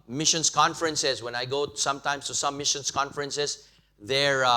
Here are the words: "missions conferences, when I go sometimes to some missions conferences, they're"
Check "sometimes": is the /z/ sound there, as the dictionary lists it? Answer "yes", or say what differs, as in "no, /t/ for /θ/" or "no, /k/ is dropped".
no, /s/ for /z/